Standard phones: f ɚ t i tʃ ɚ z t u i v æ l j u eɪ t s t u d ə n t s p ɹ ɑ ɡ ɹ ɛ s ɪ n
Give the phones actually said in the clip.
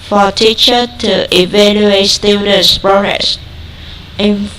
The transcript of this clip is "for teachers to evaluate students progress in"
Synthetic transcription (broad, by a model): f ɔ t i tʃ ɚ t u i v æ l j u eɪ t s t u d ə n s p ɹ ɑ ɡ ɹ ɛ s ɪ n